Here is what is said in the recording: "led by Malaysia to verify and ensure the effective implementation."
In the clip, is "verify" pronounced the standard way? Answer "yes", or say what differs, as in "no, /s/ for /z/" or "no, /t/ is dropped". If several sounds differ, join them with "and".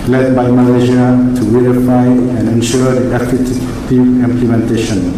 no, /w/ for /v/